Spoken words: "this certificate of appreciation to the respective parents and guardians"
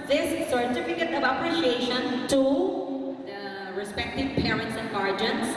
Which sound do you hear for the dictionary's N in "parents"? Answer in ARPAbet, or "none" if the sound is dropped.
N